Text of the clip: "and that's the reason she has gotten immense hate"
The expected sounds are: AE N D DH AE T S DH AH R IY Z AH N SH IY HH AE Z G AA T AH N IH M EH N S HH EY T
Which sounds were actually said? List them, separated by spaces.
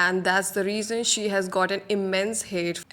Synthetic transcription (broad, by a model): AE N D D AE T S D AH R IY Z AH N SH IY HH AE Z G AA T AH N IH M EH N S HH EY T